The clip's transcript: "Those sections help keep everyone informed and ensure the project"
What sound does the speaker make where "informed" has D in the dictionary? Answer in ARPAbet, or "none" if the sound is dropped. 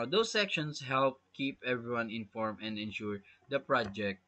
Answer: none